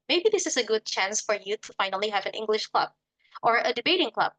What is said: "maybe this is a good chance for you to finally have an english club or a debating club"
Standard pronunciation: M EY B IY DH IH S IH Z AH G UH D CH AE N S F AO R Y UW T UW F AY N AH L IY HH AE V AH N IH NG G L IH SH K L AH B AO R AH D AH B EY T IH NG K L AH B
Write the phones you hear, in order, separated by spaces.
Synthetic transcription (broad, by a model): M EY B IY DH IH S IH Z AH G UH D CH AE N S F AO R Y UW T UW F AY N AH L IY HH AE V AH N IH NG G L IH SH K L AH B AO R AH D AH B EY T IH NG K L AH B